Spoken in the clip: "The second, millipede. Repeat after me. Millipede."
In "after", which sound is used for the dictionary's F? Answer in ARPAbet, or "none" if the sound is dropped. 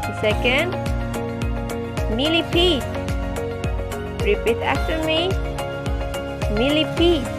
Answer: none